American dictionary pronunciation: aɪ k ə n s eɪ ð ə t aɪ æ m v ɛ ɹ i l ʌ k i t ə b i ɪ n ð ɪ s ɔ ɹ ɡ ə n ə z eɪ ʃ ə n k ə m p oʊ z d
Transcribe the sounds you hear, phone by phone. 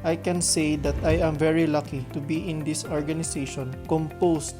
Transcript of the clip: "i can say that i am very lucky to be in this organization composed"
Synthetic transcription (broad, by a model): aɪ k ə n s eɪ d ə t aɪ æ m v ɛ ɹ i l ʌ k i t ə b i ɪ n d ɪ s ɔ ɹ ɡ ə n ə s eɪ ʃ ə n k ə m p oʊ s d